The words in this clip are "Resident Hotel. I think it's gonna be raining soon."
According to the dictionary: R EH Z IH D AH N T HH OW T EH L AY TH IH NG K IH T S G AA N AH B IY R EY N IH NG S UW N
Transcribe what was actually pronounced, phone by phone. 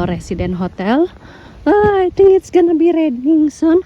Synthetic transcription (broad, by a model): R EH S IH D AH N HH OW T EH L AY T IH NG IH T S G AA N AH B IY R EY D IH NG S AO N